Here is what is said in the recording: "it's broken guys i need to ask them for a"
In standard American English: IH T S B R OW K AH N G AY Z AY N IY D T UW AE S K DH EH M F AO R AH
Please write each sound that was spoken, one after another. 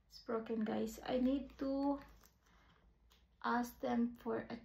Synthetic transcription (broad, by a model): S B R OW K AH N G AY S AY N IY D T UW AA S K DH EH M F AO R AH